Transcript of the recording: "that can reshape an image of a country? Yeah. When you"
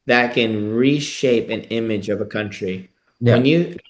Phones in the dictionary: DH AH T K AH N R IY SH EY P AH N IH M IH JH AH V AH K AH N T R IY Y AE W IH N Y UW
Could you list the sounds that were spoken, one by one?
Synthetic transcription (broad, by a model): DH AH T K AH N R IY SH EY P AH N IH M IH JH AH V AH K AH N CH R IY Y W IH N Y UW